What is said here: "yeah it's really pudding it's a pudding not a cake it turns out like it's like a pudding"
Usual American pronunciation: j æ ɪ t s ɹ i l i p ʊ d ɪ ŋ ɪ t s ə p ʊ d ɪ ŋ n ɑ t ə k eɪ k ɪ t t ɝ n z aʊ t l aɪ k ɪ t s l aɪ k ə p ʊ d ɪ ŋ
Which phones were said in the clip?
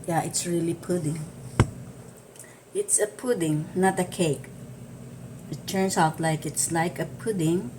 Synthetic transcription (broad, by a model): j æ ɪ t s ɹ i l i p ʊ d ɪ ŋ ɪ t s ə p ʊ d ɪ ŋ n ɑ t ə k eɪ k ɪ t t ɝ n s aʊ t l aɪ k ɪ t s l aɪ k ə p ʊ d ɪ ŋ